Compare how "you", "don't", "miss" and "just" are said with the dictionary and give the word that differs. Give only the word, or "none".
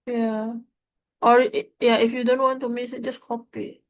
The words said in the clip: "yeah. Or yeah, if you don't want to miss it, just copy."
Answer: miss